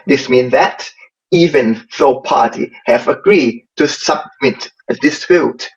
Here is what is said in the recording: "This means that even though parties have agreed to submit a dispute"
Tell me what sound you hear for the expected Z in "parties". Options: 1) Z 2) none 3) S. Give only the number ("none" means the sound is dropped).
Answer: 2